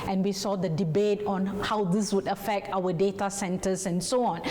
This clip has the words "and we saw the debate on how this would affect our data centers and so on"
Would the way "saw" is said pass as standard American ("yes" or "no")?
yes